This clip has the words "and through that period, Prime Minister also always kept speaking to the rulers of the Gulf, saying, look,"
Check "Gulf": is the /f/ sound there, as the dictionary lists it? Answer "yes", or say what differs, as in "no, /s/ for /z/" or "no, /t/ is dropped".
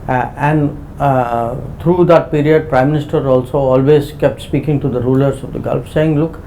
yes